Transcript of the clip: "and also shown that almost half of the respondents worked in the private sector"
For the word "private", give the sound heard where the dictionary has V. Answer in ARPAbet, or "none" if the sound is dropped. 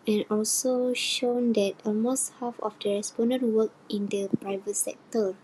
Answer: V